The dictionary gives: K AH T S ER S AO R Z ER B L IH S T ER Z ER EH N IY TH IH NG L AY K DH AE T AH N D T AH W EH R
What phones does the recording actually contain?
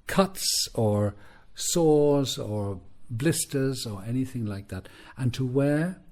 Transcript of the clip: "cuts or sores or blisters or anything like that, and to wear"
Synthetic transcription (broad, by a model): K AH T S ER S AO R Z ER B L IH S T ER Z ER EH N IY TH IH NG L AY K DH AE T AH N T AH W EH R